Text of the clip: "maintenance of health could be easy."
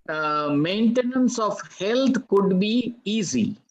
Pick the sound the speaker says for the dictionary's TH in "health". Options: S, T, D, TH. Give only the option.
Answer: T